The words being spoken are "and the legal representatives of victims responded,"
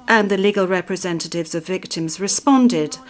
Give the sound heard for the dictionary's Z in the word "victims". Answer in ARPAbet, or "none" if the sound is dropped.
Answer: Z